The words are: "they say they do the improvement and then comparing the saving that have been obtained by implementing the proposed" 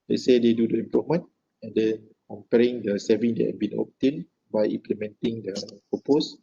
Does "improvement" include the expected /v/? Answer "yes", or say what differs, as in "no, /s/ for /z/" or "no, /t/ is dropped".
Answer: no, /v/ is dropped